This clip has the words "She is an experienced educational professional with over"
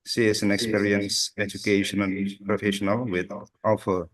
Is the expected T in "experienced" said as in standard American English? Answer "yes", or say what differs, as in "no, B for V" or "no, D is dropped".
no, T is dropped